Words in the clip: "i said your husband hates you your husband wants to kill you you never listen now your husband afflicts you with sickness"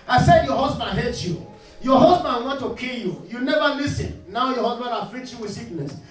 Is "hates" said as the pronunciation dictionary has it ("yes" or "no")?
no